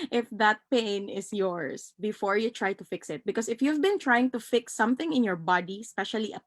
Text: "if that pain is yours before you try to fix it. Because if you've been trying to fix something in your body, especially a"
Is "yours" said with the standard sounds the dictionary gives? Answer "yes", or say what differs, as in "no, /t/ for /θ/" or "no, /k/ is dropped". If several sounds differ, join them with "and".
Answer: no, /s/ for /z/